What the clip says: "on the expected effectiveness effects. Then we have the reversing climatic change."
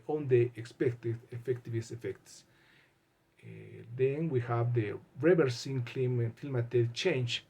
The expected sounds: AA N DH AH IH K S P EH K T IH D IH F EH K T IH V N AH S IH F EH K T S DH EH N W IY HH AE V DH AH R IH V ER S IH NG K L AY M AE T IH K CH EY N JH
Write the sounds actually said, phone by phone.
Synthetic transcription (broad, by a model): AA N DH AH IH K S P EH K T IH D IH F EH K T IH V AH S IH F EH K T S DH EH N W IY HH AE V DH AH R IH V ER S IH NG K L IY M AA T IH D CH EY N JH